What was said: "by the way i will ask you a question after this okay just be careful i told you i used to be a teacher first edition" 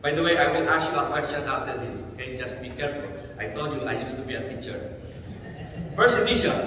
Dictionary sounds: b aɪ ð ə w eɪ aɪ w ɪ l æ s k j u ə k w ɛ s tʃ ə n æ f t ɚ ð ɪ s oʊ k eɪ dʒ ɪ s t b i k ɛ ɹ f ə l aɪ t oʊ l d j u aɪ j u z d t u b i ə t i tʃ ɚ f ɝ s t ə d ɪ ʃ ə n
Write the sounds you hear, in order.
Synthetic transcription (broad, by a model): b aɪ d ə w eɪ aɪ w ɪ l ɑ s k j u ə k w ɛ s tʃ ə n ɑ f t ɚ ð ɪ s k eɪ dʒ ɪ s t b i k ɛ ɹ f ə l aɪ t oʊ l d j u aɪ j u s t u b i ə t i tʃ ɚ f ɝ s ə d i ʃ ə